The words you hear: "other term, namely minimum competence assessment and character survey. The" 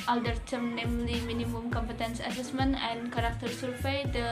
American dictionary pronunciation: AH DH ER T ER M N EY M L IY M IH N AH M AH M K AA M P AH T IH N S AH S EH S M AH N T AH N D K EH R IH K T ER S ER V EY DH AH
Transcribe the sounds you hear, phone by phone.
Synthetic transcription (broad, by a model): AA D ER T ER M N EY M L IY M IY N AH M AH M K AA M P AH T IH N S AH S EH S M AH N AH N K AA R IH K T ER S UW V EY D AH